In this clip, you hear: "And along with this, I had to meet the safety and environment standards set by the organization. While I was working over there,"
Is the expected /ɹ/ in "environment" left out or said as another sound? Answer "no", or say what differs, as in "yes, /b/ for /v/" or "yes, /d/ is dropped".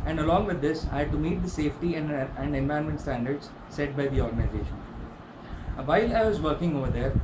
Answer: yes, /ɹ/ is dropped